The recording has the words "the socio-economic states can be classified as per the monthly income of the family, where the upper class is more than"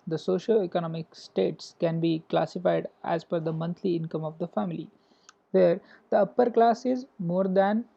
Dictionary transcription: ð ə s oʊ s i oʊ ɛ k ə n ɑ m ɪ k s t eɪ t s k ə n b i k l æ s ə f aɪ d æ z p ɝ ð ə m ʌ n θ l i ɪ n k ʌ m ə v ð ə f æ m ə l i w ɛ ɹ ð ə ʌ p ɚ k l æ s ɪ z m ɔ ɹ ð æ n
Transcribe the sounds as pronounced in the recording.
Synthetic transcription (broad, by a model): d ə s oʊ ʃ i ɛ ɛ k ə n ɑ m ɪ k s t eɪ t s k ə n b i k l æ s ə f aɪ d æ z f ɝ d ə m ʌ n t l i ɪ n k ʌ m ə v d ə f æ m ə l i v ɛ ɹ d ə ʌ p ɚ k l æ s ɪ z m ɔ ɹ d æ n